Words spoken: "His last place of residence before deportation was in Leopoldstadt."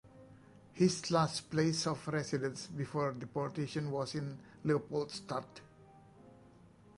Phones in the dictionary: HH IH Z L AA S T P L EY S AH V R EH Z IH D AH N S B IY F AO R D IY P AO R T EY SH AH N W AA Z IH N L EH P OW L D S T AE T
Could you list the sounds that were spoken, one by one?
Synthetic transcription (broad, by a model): HH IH S L AA S T P L EY S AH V R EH S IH D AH N S B IY F AO R D IY P AO R T EY SH AH N W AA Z IH N L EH P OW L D S T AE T